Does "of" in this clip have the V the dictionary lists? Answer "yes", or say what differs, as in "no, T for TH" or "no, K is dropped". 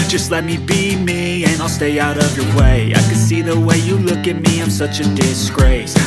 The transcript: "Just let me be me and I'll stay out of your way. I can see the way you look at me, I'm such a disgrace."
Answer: yes